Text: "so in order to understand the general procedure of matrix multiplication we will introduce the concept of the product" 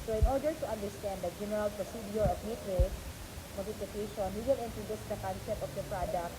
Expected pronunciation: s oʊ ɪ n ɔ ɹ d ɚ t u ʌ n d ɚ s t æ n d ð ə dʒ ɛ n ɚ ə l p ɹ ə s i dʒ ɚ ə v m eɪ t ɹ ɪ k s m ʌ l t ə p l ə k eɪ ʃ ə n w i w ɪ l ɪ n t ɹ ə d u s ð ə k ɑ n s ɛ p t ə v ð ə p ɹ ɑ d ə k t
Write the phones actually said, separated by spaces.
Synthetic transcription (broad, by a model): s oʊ ɪ n ɔ ɹ d ɚ t u ʌ n d ɚ s t æ n d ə dʒ ɛ n ɚ ə l p ɹ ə s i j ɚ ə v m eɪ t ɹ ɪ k m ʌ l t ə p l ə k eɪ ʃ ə n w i w ɪ l ɪ n t ɹ ə d u s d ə k ɑ n s ɛ p t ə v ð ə p ɹ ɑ d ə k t